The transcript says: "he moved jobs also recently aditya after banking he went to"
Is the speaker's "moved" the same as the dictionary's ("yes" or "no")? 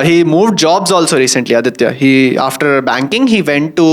yes